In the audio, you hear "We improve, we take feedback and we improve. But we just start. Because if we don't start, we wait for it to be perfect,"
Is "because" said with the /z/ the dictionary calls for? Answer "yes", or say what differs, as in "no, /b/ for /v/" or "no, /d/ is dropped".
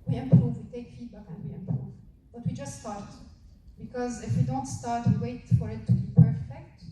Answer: yes